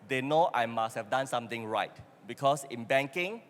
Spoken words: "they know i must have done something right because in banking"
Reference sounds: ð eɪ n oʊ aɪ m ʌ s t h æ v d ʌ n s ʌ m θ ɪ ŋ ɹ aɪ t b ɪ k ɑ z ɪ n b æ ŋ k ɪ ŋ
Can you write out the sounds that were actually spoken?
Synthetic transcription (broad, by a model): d eɪ n oʊ aɪ m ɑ s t h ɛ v d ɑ n s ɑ m t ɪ ŋ ɹ aɪ t b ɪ k ɑ s ɪ n b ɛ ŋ k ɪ ŋ